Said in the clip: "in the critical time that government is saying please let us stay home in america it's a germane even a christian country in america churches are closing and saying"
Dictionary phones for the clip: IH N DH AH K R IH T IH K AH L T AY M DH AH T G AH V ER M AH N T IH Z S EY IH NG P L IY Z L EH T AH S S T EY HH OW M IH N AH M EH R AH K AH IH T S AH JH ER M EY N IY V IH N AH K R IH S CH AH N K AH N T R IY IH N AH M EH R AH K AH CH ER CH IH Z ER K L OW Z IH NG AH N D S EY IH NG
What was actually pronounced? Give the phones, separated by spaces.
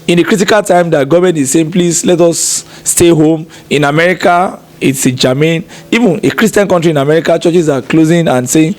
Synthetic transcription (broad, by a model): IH N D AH K R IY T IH K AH L T AY M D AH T G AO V M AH N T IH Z S EY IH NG P L IY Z L EH T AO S S T EY HH OW M IH N AH M EH R AH K AH IH T S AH JH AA M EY N IY V IH N AH K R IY S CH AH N K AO N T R IY N AH M EH R AH K AH CH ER CH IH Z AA K L OW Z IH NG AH N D S EY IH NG